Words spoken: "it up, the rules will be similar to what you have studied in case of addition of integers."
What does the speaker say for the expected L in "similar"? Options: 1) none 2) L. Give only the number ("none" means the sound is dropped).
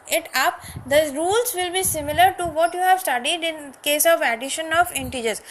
2